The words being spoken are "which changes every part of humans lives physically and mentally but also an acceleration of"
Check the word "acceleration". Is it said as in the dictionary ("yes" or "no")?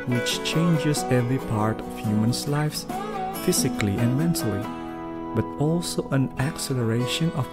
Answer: yes